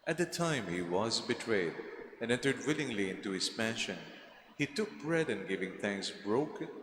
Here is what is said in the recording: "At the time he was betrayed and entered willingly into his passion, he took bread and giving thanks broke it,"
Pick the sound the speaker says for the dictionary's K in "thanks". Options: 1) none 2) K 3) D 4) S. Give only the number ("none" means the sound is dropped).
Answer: 2